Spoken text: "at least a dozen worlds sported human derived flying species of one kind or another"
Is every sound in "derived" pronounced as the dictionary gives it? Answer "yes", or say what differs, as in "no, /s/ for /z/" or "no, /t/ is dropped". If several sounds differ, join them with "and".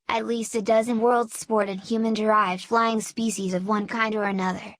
yes